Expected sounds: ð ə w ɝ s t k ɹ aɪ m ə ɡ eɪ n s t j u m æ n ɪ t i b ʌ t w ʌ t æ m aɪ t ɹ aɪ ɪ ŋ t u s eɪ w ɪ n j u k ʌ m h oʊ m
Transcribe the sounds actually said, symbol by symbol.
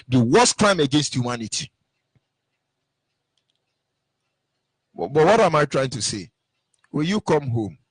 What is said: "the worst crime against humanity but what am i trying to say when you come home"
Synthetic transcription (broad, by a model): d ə w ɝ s k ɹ aɪ m ə ɡ eɪ n s t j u m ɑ n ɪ t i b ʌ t w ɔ t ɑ m aɪ t ɹ aɪ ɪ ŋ t u s eɪ w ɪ l j u k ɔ m h oʊ m